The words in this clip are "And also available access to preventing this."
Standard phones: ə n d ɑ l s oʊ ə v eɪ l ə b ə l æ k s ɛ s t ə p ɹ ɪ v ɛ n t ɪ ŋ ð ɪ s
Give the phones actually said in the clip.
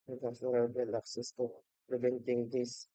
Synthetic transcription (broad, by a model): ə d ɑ s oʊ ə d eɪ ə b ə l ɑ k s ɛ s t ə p ɹ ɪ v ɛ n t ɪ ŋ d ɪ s